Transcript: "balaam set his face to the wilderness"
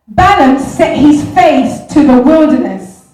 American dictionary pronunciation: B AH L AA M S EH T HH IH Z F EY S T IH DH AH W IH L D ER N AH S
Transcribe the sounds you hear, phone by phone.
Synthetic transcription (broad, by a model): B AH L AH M S EH T HH IH Z F EY TH T IH DH AH W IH L D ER N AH S